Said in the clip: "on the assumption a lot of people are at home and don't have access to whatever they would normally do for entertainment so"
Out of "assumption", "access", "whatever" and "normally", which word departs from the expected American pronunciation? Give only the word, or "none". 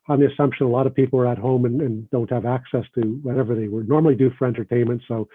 none